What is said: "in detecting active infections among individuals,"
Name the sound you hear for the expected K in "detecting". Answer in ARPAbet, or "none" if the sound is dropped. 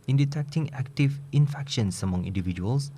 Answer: K